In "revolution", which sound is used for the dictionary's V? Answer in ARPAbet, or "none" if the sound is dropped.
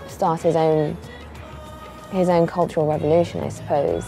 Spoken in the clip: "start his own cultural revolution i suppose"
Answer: V